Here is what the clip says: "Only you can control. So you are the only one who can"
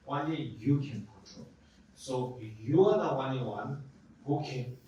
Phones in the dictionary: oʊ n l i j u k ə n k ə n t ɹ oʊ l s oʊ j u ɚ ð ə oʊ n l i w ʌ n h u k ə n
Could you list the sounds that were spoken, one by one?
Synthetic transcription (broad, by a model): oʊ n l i j u k ə n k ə t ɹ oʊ s oʊ j u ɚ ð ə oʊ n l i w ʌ n h u k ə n